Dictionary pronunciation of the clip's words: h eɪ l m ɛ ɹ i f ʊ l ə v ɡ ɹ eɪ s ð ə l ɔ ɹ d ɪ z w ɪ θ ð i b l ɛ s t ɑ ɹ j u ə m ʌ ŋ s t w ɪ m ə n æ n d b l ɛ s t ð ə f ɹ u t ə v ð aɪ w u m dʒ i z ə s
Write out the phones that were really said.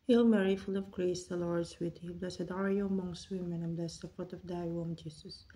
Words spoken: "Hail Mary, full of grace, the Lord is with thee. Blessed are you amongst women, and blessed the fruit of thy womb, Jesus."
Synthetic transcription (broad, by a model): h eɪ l m ɛ ɹ i f ʊ l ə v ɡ ɹ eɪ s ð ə l ɔ ɹ d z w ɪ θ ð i b l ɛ s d ɑ ɹ j u ə m ʌ ŋ s t w ɪ m ə n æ n b l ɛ s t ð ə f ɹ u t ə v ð aɪ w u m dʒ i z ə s